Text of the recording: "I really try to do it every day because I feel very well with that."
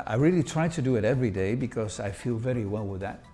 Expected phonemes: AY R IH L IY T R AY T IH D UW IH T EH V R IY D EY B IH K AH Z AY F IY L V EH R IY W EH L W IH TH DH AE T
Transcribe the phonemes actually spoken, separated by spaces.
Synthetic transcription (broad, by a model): AY R IH L IY T R AY T IH D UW IH T EH V R IY D EY B IH K AH Z AY F IY L V EH R IY W EH L W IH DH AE T